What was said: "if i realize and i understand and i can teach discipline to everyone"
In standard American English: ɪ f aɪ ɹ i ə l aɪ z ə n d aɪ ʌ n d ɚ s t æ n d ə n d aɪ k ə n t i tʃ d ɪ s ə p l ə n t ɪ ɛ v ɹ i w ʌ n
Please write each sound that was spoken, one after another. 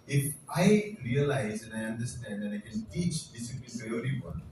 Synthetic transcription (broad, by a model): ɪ f aɪ ɹ i ə l aɪ z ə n aɪ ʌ n d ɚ s t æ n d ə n aɪ k ə n t i tʃ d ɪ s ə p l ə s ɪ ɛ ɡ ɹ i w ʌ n